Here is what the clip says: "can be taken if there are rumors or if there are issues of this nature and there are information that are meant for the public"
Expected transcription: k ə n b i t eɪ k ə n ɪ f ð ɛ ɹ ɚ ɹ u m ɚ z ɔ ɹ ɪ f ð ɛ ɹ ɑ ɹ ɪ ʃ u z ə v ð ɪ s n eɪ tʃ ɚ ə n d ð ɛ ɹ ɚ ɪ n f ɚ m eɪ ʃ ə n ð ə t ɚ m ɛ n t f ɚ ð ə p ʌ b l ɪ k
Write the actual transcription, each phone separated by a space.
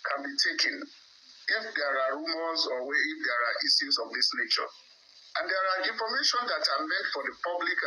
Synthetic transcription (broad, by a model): k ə n b i t eɪ k ə n ɪ f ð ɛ ɹ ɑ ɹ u m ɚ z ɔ w ɪ f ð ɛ ɹ ɑ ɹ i s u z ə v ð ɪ s n eɪ tʃ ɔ ə n d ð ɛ ɹ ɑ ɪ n f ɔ m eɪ ʃ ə n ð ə t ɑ m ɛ n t f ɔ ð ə p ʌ b l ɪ k